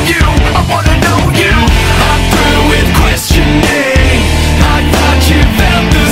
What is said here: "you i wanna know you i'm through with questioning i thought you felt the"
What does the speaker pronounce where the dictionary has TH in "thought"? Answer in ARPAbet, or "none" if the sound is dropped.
T